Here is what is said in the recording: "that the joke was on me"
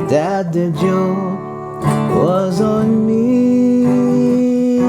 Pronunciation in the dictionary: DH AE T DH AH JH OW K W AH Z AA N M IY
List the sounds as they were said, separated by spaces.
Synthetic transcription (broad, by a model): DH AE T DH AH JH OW W AH Z N M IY